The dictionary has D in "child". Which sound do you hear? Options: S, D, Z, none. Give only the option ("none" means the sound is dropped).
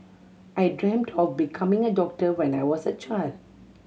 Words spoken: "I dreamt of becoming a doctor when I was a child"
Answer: D